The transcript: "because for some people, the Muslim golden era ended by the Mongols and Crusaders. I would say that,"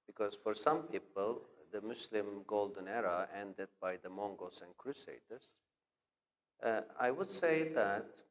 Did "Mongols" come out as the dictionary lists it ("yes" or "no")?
no